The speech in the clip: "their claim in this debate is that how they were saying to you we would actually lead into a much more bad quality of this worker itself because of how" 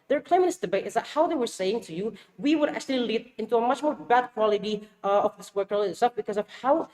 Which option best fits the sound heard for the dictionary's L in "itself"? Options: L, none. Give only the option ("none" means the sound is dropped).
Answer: none